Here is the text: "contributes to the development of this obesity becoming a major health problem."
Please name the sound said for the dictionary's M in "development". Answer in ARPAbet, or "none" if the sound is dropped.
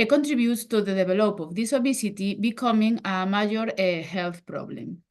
none